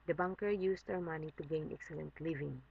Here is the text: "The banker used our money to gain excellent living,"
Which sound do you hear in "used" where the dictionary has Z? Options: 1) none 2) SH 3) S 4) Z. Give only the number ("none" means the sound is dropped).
3